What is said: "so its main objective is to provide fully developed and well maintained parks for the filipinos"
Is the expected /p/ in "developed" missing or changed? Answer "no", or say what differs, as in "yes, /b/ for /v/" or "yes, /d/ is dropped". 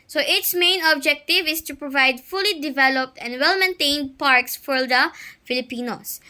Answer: no